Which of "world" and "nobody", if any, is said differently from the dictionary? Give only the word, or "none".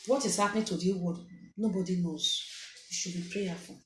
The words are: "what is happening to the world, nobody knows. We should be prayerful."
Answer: world